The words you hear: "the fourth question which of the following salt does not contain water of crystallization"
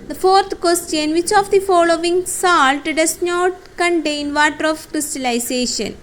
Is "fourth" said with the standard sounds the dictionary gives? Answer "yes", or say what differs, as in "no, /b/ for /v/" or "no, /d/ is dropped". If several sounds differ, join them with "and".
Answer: no, /t/ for /θ/